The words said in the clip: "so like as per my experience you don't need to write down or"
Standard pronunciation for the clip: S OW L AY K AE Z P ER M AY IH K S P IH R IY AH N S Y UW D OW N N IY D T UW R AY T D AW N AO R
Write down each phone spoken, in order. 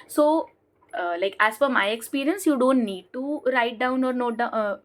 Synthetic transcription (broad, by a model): S OW L AY K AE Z F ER M AY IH K S P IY R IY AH N S Y UW D OW N N IY D T UW R AY T D AW N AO R